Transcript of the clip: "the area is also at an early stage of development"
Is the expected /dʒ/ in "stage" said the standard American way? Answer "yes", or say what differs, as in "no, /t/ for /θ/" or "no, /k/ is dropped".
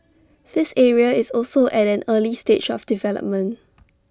no, /tʃ/ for /dʒ/